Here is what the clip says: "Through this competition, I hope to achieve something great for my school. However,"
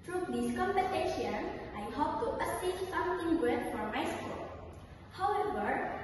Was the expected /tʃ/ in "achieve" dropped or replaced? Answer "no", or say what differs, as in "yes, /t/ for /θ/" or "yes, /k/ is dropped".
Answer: yes, /s/ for /tʃ/